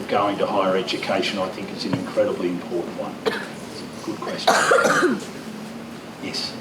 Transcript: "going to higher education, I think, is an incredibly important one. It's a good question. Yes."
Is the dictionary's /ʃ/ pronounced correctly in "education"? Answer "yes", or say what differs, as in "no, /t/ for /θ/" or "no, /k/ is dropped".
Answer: yes